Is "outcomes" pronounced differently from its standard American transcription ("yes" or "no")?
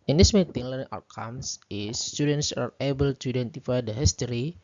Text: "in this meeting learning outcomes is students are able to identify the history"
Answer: yes